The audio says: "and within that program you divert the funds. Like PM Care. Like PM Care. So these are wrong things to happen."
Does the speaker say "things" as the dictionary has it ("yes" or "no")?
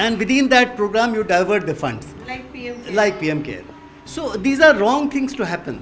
no